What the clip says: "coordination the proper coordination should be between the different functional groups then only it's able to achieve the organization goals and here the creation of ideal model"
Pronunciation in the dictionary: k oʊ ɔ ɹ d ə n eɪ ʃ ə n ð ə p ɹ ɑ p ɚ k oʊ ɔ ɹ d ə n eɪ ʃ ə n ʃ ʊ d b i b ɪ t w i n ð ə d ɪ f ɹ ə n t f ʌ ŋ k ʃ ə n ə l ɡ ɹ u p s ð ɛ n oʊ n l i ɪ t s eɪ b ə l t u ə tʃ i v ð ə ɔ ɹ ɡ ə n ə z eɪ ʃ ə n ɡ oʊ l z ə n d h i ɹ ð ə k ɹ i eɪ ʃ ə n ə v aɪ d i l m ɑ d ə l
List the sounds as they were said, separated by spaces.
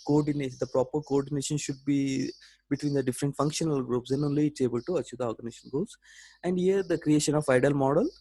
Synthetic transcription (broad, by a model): k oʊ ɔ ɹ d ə n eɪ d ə p ɹ ɑ p ɚ k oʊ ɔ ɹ d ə n eɪ ʃ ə n ʃ ʊ d b i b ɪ t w i n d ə d ɪ f ɹ ə n t f ʌ ŋ k ʃ ə n ə l ɡ ɹ u p s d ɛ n oʊ n l i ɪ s eɪ b ə l t u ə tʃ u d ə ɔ ɹ ɡ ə n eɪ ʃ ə n ɡ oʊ z ə n d h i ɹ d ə k ɹ i eɪ ʃ ə n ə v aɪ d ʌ l m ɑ d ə l